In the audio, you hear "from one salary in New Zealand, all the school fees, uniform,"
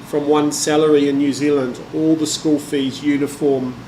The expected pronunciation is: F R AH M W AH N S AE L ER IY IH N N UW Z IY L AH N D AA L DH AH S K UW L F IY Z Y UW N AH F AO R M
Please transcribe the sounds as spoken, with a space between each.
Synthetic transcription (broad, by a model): F R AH M W AH N S AE L ER IY IH N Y UW Z IY L AH N D AA L DH AH S K UW L F IY Z Y UW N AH F AO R M